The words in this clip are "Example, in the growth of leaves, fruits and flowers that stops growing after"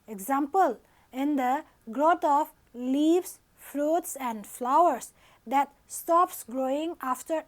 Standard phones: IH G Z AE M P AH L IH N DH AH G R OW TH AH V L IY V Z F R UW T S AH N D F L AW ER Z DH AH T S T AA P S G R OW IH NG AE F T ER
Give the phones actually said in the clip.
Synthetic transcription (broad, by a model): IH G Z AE M P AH L IH N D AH G R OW T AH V L IY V S F R UW T S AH N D F L AW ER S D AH T S T AA P S G R OW IH NG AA F T ER